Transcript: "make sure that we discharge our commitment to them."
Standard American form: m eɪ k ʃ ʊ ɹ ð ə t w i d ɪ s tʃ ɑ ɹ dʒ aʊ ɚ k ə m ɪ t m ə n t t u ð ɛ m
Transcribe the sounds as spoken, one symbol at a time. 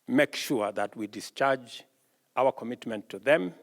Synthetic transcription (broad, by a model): m eɪ k ʃ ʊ ɹ ð ə t w i d ɪ s tʃ ɑ ɹ dʒ aʊ ɚ k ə m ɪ t m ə n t t u ð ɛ m